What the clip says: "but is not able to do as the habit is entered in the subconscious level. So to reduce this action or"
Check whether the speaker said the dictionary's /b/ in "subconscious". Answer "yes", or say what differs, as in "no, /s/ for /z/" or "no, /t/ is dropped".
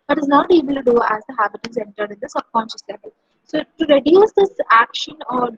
no, /b/ is dropped